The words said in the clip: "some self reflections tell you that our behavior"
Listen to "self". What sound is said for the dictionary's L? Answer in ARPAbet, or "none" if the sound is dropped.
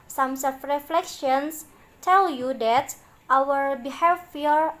none